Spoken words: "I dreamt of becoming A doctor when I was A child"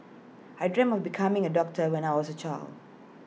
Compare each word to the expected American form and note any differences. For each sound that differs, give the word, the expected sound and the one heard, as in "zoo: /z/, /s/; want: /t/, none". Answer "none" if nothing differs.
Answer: dreamt: /t/, none